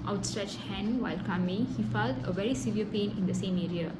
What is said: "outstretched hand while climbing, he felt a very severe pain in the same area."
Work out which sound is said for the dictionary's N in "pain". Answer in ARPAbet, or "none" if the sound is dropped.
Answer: N